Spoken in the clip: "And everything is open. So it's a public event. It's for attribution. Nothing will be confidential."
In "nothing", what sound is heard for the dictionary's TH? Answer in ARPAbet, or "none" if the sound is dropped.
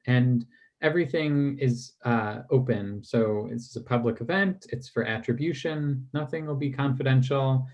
TH